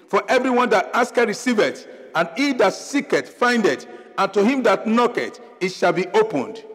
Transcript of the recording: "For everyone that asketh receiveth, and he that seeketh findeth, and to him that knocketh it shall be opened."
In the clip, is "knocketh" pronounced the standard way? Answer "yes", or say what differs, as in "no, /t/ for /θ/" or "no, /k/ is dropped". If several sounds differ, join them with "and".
no, /t/ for /θ/